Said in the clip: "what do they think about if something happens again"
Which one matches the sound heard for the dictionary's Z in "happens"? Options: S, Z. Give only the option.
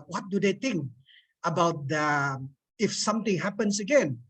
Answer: S